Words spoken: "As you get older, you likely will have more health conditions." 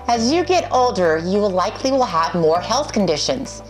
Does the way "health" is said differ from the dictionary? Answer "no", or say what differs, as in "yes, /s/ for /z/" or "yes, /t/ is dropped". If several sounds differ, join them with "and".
no